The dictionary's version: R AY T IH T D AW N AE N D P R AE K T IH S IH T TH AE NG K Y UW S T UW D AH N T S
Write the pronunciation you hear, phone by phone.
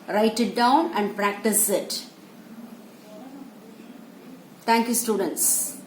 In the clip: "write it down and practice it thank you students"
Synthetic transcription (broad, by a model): R AY T IH T D AW N AE N D P R AE K T IH S IH T T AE NG K Y UW S T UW D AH N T S